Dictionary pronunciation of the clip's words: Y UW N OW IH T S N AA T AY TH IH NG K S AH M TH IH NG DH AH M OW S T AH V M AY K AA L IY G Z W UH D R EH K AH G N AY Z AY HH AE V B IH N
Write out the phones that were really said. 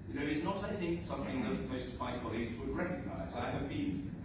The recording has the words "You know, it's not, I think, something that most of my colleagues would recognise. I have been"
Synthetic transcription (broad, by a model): Y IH N OW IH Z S N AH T AY TH IH NG K S AH M TH IH NG DH AH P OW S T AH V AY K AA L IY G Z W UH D R EH K AH G N AY Z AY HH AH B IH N